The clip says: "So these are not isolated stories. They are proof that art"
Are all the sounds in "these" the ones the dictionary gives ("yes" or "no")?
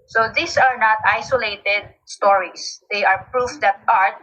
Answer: no